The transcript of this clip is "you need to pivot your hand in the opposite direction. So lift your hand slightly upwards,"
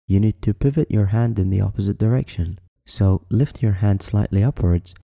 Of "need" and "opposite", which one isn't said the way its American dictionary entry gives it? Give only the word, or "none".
none